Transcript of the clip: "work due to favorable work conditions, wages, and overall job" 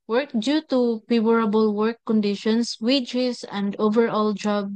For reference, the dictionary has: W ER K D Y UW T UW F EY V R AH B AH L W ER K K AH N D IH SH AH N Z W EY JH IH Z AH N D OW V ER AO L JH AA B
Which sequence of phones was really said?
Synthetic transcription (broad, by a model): W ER K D Y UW T UW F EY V R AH B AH L W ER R K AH N D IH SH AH N S W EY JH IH S AH N D OW V ER AO L JH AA B